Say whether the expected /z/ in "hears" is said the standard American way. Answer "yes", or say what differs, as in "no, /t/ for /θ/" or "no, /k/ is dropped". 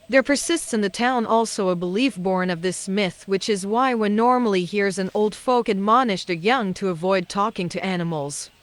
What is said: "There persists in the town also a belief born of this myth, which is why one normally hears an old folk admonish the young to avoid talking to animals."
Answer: yes